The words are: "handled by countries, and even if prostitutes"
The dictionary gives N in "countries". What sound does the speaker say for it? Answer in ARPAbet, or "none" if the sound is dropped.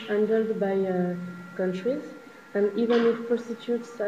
N